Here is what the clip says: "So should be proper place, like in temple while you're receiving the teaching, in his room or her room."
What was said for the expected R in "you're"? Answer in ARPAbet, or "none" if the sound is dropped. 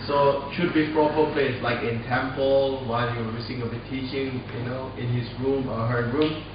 W